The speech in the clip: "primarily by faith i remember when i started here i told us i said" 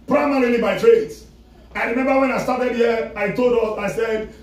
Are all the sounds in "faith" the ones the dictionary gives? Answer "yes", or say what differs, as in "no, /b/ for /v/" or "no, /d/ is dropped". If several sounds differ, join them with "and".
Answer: no, /s/ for /θ/